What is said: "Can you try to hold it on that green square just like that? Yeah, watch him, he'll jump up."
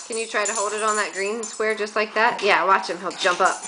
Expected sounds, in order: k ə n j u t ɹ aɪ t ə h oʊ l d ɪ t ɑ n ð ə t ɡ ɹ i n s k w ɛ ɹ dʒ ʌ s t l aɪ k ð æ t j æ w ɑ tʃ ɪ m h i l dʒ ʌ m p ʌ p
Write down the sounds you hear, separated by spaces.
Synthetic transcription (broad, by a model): k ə n j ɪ t ɹ aɪ t ə h oʊ l d ɪ t n ð ə t ɡ ɹ i n s k w ɛ ɹ dʒ ʌ s t l aɪ k ð æ t j æ w ɑ tʃ ɪ m h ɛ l dʒ ʌ m p ʌ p